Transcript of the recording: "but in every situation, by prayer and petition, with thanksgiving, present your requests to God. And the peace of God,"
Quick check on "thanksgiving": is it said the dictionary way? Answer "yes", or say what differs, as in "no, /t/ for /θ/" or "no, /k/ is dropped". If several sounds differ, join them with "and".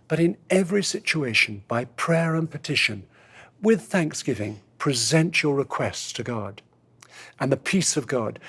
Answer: yes